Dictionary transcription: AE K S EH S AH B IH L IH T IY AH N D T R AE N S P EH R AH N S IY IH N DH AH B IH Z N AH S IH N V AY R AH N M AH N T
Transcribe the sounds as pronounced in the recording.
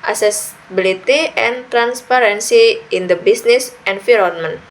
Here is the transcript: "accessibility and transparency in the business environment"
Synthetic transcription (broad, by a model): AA S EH S B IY L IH T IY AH N T R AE N S P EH R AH N S IY IH N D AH B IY S N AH S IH N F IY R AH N M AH N